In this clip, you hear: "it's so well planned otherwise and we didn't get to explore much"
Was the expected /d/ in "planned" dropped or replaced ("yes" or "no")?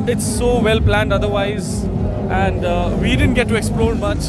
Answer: no